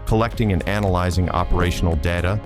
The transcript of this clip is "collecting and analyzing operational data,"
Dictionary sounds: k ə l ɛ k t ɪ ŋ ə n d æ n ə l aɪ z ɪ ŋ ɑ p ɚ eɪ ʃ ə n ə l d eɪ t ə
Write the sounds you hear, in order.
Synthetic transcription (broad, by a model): k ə l ɛ k t ɪ ŋ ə n æ n ə l aɪ z ɪ ŋ ɑ p ɚ eɪ ʃ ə n l d eɪ t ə